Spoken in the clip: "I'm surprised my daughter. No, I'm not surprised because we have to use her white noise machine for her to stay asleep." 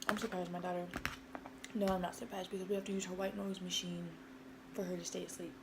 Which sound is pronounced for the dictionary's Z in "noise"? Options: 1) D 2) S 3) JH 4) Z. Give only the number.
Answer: 4